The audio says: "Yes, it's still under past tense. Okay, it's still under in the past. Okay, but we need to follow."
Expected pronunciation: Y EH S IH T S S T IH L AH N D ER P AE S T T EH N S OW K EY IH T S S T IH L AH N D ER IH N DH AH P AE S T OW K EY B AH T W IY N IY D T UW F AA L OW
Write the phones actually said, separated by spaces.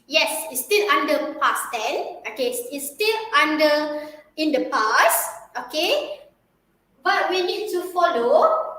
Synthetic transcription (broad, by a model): Y EH S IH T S S T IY L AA N D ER P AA S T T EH N OW K EY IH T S S T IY L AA N D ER IH N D AH P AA S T OW K EY B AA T W IY N IY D T UW F AA L OW